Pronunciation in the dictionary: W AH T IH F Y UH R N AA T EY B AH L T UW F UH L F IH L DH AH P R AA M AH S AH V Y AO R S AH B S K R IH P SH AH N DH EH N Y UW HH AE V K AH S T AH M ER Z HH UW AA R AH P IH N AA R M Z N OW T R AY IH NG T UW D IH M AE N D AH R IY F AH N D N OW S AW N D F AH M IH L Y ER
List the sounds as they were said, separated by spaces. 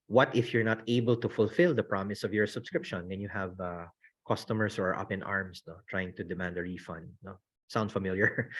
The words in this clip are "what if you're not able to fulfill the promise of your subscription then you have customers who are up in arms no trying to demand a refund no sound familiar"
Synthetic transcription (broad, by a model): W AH T IH F Y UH R N AA T EY B AH L T UW F UH L F IH L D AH P R AA M AH S AH V Y AO R S AH B S K R IH P SH AH N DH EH N Y UW HH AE V K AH S T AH M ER S HH UW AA R AH P IH N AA R M S N OW T R AY IH NG T UW D IH M AE N D AH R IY F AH N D N OW S AW N D F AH M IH L Y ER